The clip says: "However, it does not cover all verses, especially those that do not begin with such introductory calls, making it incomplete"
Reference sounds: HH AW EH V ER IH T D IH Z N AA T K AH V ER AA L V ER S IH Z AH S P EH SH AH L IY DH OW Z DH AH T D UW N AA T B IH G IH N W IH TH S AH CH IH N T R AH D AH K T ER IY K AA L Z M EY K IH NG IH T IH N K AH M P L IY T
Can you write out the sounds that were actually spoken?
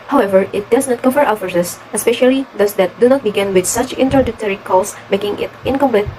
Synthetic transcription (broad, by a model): HH AW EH V ER IH T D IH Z N AA T K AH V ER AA W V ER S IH S AH S P EH SH AH L IY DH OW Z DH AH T D UW N AA T B IH G IH N W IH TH S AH CH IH N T R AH D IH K T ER IY K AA L S M EY K IH NG IH T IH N K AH M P L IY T